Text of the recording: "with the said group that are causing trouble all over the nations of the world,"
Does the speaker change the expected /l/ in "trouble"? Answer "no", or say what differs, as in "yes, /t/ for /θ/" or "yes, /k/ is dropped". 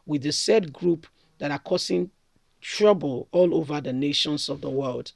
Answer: no